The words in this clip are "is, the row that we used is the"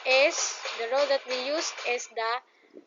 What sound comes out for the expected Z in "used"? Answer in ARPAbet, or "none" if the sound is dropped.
S